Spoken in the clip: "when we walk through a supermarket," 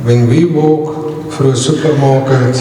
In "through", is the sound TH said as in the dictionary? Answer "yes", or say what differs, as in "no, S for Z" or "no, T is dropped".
no, F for TH